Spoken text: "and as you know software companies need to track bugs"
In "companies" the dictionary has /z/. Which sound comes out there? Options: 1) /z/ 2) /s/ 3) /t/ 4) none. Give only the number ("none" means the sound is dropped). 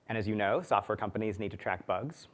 1